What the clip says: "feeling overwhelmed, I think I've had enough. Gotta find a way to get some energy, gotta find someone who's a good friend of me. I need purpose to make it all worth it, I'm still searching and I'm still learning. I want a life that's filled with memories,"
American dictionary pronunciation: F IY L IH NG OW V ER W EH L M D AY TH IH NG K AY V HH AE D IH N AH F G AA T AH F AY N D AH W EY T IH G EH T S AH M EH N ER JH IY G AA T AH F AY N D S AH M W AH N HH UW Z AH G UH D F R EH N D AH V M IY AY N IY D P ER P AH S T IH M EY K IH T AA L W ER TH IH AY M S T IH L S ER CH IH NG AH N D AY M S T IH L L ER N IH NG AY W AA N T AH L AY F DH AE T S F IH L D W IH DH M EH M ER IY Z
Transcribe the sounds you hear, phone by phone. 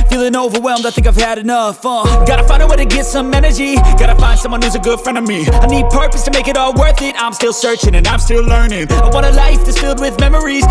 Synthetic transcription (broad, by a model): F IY L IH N OW V ER W EH L M D AY TH IH NG K AY V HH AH D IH N AH F G AA T AH F AY N D AH W EY T IH G EH T S AH M EH N ER JH IY G AA T AH F AY N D S AH M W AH N HH UW Z AH G UH D F R EH N D AH V M IY AY N IY D P ER P AH S T IH M EY K IH T AA L W ER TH IH AY M S T IH L S ER CH IH NG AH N AY M S T IH L L ER N IH NG AY W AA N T AH L AY F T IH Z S F IH L D W IH DH M EH M ER IY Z